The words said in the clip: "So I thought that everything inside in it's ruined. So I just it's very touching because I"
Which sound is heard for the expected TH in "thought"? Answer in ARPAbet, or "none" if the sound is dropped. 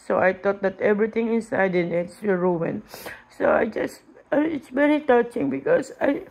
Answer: T